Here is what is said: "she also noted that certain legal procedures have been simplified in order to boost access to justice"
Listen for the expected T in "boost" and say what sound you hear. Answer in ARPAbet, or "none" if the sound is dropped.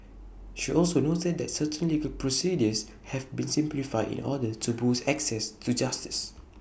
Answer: none